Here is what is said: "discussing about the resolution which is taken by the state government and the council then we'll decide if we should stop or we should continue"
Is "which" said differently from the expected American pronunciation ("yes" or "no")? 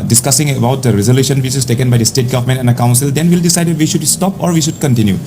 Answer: yes